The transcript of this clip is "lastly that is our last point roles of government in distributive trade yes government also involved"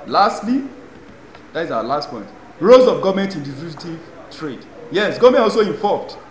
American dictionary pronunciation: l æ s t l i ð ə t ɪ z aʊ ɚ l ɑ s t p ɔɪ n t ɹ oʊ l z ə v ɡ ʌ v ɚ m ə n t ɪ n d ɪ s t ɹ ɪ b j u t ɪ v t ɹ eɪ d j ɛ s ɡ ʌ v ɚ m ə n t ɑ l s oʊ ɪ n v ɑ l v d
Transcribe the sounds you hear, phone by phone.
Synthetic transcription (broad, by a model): l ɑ s t l i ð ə t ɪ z aʊ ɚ l ɑ s t p ɔɪ n t ɹ oʊ z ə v ɡ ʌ v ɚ m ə n t ɪ n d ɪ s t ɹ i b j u t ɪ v t ɹ eɪ d j ɛ s ɡ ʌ v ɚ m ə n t ɑ l s oʊ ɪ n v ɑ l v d